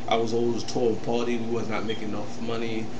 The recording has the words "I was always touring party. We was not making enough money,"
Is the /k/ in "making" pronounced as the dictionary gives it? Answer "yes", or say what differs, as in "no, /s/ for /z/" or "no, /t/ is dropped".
no, /k/ is dropped